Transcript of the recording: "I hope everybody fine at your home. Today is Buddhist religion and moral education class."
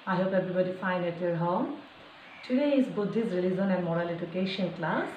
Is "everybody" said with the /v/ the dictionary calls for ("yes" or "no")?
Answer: no